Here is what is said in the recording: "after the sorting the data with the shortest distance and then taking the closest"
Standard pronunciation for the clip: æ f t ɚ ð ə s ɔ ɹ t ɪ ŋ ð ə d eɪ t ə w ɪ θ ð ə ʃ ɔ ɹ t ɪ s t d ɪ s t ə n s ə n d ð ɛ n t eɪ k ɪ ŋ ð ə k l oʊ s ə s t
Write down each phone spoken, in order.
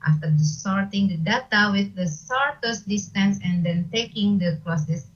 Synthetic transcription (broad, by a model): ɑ f t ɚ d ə s ɔ ɹ t ɪ ŋ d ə d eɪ t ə w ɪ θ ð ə s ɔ ɹ t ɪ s d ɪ s t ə n s ə n d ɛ n t eɪ k ɪ ŋ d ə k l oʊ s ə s